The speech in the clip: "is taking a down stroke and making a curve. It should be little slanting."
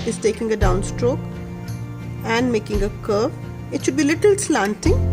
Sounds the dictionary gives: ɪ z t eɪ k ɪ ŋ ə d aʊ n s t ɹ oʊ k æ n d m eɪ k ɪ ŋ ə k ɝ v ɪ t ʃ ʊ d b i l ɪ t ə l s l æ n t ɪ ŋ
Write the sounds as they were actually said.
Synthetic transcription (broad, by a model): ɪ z t eɪ k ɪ ŋ ə d aʊ n s t ɹ oʊ k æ n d m eɪ k ɪ ŋ ə k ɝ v ɪ t ʃ ʊ d b i l ɪ t ə l s l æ n t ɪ ŋ